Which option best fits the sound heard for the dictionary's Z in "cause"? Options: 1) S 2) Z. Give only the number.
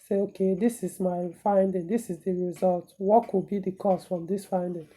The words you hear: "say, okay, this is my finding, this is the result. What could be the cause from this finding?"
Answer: 1